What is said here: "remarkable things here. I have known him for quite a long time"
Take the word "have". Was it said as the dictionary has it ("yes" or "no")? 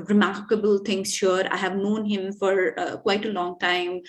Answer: yes